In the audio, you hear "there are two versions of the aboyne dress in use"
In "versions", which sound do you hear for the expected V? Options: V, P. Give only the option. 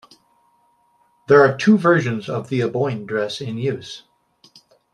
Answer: V